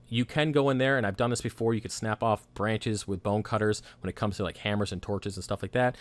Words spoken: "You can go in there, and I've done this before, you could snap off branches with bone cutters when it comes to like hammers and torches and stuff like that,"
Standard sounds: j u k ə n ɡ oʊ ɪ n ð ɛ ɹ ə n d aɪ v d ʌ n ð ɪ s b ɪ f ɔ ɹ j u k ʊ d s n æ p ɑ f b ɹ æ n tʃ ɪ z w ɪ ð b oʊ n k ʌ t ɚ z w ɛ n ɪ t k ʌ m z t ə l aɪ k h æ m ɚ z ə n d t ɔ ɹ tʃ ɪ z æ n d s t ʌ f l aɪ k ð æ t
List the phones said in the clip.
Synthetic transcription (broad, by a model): j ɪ k ə n ɡ oʊ ɪ n ð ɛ ɹ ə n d aɪ v d ʌ n ð ɪ s b ɪ f ɔ ɹ j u k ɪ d s n æ p ɑ f b ɹ æ n tʃ ɪ z w ɪ ð b oʊ n k ʌ t ɚ z w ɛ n ɪ t k ʌ m z t ə l aɪ k h æ m ɚ z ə n t ɔ ɹ tʃ ɪ z n s t ʌ f l aɪ k ð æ t